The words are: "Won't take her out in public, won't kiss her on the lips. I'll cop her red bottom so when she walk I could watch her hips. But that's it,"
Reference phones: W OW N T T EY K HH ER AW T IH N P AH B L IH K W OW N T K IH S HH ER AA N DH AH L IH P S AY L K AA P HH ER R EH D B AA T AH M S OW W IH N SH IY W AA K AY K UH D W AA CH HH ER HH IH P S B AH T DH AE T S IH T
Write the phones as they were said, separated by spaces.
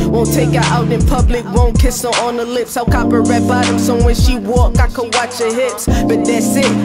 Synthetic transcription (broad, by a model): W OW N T T EY K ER AW T IH N P AH B L IH K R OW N K IH S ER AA N DH AH L IH P S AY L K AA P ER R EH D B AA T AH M S OW W IH N SH IY W AA K AY K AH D W AA CH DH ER HH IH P S B AH T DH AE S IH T